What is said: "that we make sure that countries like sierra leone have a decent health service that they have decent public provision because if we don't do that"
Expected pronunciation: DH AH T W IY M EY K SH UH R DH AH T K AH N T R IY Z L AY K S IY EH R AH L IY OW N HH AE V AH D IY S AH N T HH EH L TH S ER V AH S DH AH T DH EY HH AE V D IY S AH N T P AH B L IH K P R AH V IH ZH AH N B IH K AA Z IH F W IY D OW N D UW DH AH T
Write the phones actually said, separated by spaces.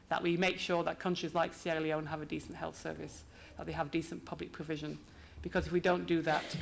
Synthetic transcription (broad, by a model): DH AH T W IY M EY K SH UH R DH AH T K AH N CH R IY Z L AY K S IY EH L IY OW N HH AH V AH D IY S AH N T HH EH L TH S ER V AH S DH AH T DH EY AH V D IY S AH N P AH B L IH K P R AH V IH ZH AH N B IH K AA Z IH F W IY D OW N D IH DH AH T